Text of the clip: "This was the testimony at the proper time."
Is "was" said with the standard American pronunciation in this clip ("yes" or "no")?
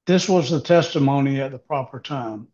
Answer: yes